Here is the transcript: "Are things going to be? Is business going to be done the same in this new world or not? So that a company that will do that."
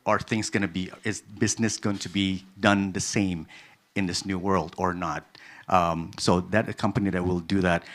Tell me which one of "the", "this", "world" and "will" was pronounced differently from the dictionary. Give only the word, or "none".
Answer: none